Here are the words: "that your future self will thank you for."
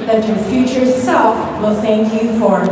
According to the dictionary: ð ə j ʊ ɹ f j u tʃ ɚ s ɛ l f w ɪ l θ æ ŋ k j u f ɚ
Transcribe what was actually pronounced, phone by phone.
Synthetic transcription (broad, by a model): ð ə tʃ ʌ ɹ f j u tʃ ɚ s ɛ l f w ɪ l θ æ ŋ k j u f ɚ